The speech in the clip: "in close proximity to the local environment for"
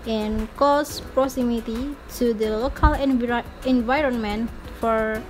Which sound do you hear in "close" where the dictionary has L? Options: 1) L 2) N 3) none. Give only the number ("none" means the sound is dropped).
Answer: 3